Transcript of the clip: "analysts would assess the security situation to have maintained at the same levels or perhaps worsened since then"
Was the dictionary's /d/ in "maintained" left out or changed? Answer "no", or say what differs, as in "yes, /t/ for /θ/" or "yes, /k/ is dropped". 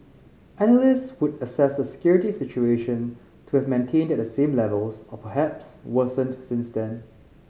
no